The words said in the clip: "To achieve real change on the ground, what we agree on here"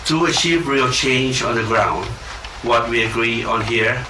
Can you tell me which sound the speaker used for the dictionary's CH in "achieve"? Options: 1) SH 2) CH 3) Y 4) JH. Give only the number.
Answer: 1